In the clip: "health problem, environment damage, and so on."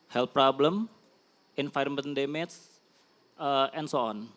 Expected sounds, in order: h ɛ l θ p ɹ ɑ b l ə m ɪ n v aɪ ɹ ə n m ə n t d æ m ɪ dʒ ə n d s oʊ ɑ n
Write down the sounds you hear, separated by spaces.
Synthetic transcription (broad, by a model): h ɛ l p ɹ ɑ b l ə m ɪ n f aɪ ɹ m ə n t d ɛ m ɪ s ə n s oʊ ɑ n